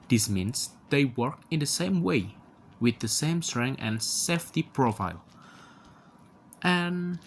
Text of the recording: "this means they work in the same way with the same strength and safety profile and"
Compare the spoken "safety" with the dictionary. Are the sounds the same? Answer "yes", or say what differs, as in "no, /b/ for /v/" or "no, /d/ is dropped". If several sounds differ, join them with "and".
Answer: yes